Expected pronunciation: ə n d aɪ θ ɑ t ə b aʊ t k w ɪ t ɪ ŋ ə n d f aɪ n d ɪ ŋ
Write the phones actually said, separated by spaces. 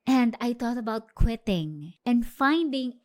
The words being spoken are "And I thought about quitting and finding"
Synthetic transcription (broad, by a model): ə n d aɪ t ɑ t ə b aʊ t k w ɪ t ɪ ŋ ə n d f aɪ n d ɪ ŋ